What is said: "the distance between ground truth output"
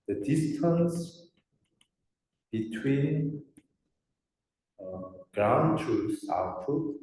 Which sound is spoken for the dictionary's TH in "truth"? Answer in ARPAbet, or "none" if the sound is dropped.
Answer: S